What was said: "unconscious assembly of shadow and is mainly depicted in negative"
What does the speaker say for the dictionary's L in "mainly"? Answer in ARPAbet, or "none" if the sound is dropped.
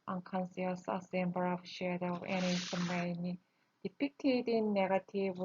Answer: none